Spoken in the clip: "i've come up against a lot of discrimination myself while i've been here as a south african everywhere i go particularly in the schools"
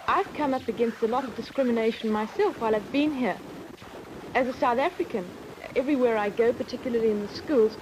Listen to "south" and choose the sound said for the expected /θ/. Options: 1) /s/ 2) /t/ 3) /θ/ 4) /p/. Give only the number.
3